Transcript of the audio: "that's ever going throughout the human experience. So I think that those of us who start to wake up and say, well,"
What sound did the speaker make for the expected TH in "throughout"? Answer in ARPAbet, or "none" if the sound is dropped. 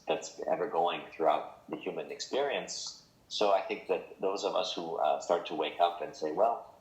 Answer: TH